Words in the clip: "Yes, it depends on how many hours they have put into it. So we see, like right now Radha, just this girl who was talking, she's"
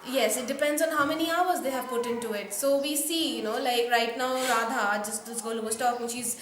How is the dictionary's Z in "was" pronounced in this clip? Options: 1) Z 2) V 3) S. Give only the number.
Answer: 3